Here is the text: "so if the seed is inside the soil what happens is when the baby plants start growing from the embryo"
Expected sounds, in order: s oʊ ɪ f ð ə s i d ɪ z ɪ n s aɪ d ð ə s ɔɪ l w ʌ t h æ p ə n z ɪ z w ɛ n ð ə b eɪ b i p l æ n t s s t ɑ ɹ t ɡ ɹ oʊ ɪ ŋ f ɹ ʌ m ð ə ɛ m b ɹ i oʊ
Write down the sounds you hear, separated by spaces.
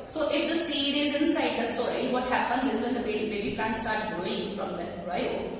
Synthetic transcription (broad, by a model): s oʊ ɪ f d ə s i d ɪ z ɪ n s aɪ d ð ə s ɔɪ l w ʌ t h æ p ə n z ɪ z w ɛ n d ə b eɪ b i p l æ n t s s t ɑ ɹ t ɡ oʊ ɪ ŋ f ɹ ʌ m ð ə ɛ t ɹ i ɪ